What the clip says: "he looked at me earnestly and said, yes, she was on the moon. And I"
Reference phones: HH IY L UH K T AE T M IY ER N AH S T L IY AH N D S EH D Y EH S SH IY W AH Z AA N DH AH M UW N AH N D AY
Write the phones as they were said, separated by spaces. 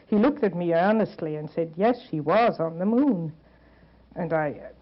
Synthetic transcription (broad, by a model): HH IY L UH K T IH T M IY ER N AH S T L IY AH N S EH D Y EH S SH IY W AH Z N DH AH M UW N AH N AY